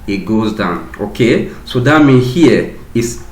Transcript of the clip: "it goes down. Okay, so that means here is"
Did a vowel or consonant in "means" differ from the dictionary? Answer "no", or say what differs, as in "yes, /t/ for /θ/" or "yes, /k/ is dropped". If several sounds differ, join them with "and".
yes, /z/ is dropped